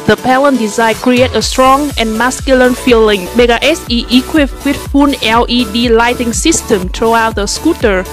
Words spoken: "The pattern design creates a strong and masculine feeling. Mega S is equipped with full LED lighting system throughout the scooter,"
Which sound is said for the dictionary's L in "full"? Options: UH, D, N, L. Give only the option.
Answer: N